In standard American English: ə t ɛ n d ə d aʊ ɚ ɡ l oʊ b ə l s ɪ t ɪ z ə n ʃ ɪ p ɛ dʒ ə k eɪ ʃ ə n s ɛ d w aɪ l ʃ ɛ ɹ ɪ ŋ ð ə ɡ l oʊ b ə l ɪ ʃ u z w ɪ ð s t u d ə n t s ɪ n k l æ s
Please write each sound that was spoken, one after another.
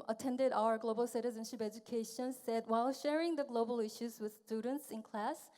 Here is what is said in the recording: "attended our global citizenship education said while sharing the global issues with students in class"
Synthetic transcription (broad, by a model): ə t ɛ n d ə d aʊ ɚ ɡ l oʊ b ə l s ɪ t ɪ z ə n ʃ ɪ p ɛ dʒ ə k eɪ ʃ ə n s ɛ d w aɪ l ʃ ɛ ɹ ɪ ŋ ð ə ɡ l oʊ b ə l ɪ ʃ u z w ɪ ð s t u d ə n t s ɪ n k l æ s